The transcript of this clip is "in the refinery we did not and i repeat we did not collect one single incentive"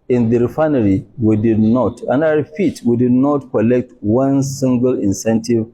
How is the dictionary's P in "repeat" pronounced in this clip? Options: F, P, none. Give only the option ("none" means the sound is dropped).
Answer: F